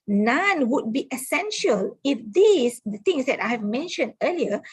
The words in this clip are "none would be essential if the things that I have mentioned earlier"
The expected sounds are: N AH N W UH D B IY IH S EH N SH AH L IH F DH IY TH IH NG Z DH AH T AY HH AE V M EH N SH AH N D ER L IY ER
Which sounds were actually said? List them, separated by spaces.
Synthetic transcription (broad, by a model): N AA N W UH D B IY IH S EH N SH AH L IH F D IY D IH NG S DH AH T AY HH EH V M EH N SH AH N D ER L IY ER